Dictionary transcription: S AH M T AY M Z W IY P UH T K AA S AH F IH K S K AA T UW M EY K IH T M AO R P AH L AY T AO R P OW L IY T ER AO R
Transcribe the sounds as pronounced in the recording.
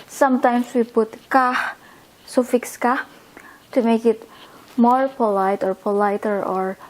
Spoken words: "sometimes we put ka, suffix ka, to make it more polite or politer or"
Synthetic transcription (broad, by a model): S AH M T AY M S W IY B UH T K AA S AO F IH K S K AA T UW M EY K IH T M AO R P AH L AY T AO R P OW L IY T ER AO R